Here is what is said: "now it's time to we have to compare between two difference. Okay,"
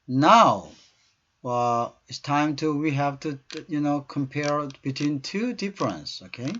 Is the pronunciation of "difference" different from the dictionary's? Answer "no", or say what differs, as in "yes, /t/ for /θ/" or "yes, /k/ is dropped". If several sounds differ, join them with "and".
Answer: no